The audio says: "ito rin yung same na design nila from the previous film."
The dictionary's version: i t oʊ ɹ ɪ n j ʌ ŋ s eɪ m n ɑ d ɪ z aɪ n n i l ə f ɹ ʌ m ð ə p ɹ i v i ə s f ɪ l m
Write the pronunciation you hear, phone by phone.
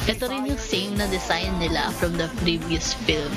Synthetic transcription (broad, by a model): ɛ t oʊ ɹ ɪ n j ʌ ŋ s eɪ m n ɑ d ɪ s aɪ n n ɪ l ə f ɹ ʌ m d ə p ɹ i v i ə s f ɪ l m